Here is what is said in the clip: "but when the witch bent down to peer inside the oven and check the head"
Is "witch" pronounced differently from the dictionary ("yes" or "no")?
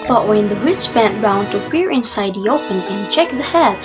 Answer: yes